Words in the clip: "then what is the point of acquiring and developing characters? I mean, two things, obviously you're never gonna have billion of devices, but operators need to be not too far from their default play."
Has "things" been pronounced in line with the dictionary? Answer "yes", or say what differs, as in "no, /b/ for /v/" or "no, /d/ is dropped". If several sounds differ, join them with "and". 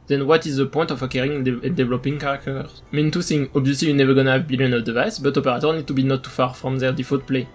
no, /z/ is dropped